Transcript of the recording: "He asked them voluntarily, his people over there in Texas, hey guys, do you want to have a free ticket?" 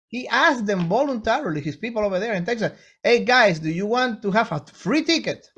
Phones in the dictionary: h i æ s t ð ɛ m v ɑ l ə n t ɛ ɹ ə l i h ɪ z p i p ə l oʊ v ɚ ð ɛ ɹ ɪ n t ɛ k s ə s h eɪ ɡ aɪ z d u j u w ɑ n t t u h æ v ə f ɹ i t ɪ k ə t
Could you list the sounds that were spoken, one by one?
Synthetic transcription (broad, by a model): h i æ s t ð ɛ m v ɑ l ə n t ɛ ɹ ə l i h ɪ s p i p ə l oʊ v ɚ ð ɛ ɹ ɪ n t ɛ k s ə s eɪ ɡ aɪ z d u j u w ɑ n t t u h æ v ə f ɹ i t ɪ k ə t